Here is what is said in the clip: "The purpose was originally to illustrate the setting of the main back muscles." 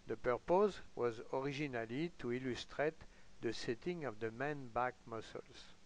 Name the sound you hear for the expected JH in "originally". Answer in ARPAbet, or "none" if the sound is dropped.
ZH